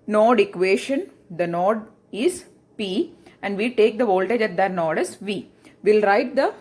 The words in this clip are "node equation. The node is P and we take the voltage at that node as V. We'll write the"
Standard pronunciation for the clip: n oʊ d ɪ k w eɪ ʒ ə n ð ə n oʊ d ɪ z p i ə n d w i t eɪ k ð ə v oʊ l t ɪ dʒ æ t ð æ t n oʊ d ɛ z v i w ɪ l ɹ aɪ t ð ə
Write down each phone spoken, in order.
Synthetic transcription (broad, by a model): n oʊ d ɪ k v eɪ ʃ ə n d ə n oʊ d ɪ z p i ə n d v i t eɪ k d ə v oʊ l t ɪ dʒ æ t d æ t n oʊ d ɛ s v i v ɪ l ɹ aɪ t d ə